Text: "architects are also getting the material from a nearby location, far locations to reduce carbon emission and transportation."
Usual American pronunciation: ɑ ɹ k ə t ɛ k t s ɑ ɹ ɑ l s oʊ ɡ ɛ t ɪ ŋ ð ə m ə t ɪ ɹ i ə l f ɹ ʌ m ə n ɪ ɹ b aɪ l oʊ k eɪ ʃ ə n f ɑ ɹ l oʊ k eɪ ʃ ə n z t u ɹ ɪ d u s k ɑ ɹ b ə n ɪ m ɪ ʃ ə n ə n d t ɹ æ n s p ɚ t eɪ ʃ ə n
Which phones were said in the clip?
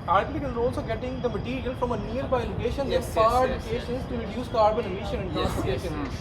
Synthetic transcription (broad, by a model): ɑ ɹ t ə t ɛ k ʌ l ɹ ɑ l s oʊ ɡ ɛ t ɪ ŋ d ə m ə t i ɹ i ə l f ɹ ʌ m ə n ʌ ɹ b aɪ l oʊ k eɪ ʃ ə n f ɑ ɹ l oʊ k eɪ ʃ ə n s t u ɹ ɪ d u s k ɑ ɹ b ə n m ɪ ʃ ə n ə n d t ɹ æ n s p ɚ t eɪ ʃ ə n